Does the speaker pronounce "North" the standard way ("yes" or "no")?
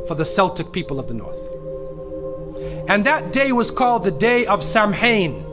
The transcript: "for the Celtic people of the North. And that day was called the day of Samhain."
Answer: yes